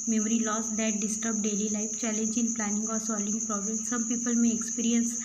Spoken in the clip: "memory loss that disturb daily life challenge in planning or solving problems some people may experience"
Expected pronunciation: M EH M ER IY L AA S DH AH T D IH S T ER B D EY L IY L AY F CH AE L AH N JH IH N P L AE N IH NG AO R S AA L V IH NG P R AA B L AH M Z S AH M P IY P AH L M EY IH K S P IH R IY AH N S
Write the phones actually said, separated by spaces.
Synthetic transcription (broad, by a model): M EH M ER IY L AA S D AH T D IH S T ER B D EY L IY L AY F CH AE L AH N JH IH N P L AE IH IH NG AO R S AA L IH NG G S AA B AH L S AH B P IY P AH L M EY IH K S P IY R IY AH N S